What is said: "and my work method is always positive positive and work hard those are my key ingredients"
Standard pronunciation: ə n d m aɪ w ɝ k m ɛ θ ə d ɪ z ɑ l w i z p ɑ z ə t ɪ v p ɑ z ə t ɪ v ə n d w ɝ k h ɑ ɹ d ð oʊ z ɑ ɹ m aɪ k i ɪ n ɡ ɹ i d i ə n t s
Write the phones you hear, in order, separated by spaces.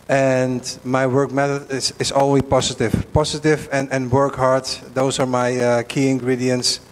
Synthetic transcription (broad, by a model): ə n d m aɪ w ɝ k m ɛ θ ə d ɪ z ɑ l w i p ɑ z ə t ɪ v p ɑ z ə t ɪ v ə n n w ɝ k h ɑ ɹ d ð oʊ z ɑ ɹ m aɪ k i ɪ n ɡ ɹ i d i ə n t s